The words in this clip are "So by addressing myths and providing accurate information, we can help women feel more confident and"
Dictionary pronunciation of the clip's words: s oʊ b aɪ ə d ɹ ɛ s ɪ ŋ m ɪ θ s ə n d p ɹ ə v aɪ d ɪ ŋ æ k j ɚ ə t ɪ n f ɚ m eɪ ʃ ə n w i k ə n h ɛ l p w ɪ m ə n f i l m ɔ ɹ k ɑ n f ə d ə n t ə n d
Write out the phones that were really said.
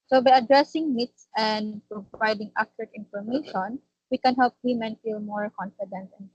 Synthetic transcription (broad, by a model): s oʊ b aɪ ə d ɹ ɛ s ɪ ŋ m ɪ t s ə n d p ɹ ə aɪ d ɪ ŋ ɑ k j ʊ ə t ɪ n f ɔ m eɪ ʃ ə n w i k ə n h ɛ l p w ɪ m ə n f i l m ɔ ɹ k ɑ n f ə d ə n t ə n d